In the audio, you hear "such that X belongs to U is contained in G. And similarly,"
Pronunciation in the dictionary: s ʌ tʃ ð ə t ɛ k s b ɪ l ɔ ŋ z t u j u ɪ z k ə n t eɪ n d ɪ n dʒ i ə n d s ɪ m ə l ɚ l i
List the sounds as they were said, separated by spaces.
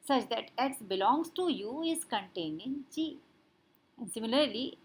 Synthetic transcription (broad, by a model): s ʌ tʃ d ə t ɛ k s b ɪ l ɔ ŋ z t u j u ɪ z k ə n t eɪ n d ɪ n tʃ i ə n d s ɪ m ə l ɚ l i